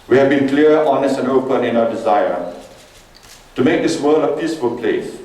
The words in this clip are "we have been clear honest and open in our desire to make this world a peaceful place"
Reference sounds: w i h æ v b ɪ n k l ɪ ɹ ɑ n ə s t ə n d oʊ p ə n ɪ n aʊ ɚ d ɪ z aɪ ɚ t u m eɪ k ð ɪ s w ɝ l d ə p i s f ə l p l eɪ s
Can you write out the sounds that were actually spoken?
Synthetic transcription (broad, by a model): w i h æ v b ɪ n k l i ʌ ɑ n ə s t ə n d oʊ p ə n ɪ n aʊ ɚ d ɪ z aɪ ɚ t u m eɪ k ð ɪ s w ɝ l ə p i s f ə l p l eɪ s